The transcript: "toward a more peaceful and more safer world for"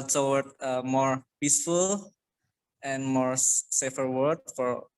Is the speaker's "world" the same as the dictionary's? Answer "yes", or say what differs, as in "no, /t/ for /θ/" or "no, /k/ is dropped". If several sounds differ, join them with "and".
no, /l/ is dropped